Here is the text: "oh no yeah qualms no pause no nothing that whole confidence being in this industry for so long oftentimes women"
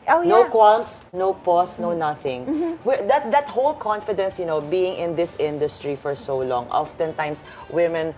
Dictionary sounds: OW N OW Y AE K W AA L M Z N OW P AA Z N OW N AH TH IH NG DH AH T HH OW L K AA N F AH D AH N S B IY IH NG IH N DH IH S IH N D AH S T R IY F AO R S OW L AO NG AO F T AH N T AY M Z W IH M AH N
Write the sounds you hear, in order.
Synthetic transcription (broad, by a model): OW N OW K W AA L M S N OW P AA S N OW N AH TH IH NG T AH T HH OW L K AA N F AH D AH N S B IY IH NG IH N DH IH S IH N D AH S T R IY F AO R S OW L AO NG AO F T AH N T AY M S W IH M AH N